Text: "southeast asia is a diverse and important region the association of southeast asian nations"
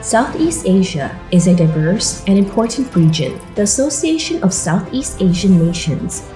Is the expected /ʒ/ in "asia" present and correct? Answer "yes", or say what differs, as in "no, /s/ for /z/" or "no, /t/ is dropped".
yes